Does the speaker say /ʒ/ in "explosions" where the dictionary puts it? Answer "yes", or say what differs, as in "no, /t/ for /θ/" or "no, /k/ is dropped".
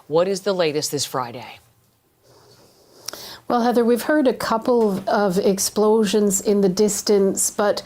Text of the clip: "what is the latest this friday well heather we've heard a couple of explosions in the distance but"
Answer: yes